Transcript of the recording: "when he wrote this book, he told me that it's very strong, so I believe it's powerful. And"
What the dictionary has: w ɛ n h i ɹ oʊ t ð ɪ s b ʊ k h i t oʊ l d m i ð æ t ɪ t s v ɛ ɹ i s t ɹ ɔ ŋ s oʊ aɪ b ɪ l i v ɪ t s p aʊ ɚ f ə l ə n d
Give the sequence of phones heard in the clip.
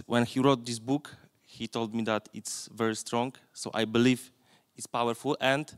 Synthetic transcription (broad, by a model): w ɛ n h i ɹ oʊ t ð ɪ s b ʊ k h i t oʊ l d m i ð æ t ɪ t s v ɛ ɹ i s t ɹ ɔ ŋ s oʊ aɪ b ɪ l i v ɪ t s p aʊ ɚ f ə l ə n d